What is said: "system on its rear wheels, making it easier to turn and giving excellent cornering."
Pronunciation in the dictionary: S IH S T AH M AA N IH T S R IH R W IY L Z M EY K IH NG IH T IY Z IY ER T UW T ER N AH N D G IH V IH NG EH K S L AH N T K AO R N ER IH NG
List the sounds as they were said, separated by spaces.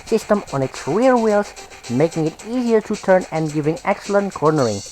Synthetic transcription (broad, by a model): S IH S T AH M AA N IH T S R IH R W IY L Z M EY K IH NG IH T IY Z IY ER T UW T ER N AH N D G IH V IH NG EH K S L AH N T K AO R N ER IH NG